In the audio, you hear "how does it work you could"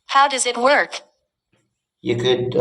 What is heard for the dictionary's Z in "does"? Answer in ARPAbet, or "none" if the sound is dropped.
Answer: Z